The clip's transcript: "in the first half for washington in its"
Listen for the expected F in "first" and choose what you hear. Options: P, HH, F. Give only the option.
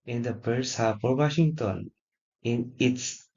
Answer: P